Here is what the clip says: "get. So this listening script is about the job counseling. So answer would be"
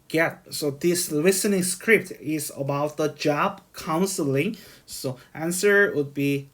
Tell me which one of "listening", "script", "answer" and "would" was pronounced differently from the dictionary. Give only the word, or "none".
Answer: none